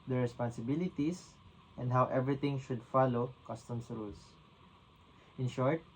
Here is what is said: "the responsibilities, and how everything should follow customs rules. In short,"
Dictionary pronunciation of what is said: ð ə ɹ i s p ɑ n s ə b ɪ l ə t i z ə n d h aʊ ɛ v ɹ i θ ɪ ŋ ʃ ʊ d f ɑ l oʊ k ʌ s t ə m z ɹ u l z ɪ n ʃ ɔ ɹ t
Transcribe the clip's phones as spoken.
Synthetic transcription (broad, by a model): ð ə ɹ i s p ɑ n s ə b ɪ l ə t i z ə n d h aʊ ɛ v ɹ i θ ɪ ŋ ʃ ʊ d f ɑ l oʊ k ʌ s t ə m s ɹ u l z ɪ n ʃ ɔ ɹ t